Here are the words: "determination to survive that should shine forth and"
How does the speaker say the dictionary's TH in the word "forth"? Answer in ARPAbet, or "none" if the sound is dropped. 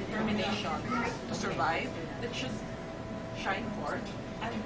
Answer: T